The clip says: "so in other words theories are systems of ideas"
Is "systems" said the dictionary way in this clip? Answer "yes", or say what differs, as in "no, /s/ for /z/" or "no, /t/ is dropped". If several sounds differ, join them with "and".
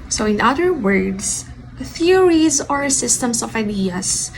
no, /s/ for /z/